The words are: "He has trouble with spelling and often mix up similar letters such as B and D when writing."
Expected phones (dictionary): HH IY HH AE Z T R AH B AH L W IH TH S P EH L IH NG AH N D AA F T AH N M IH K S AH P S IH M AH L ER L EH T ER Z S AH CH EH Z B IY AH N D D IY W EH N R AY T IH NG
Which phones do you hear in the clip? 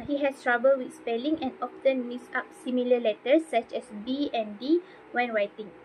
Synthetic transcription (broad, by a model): HH IY HH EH S T R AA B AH L W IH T S P EH L IH NG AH N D AA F T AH N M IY S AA P S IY M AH L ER L EH T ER S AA CH EH S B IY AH N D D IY W EH N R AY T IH NG